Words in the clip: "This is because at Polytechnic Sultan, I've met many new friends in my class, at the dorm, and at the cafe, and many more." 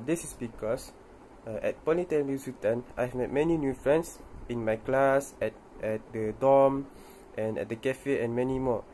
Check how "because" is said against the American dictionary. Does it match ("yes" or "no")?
no